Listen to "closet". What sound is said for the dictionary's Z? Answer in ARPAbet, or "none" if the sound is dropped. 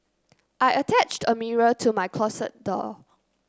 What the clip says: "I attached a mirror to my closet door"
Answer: S